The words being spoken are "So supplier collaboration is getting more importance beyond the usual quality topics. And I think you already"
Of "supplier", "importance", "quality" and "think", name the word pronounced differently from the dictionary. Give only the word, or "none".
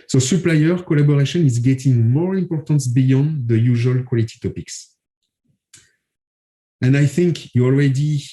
none